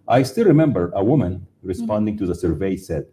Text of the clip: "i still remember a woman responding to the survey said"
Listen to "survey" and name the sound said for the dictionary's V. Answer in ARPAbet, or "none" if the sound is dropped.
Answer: V